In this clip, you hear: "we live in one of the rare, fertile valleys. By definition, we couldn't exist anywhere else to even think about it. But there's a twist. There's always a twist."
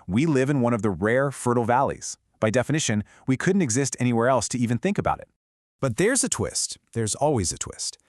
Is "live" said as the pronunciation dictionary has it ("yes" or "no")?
yes